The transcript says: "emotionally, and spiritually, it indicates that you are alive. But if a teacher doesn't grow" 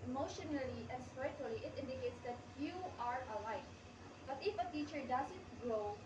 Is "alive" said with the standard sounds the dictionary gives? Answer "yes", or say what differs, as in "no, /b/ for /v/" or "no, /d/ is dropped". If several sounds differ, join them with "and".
no, /f/ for /v/